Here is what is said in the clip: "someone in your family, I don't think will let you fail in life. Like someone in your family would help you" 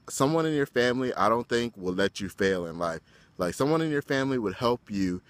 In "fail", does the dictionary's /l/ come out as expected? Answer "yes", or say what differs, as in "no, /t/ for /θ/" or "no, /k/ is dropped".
yes